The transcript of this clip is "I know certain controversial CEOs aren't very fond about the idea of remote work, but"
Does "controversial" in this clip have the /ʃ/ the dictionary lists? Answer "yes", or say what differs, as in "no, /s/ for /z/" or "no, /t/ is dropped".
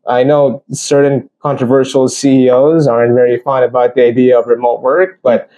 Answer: yes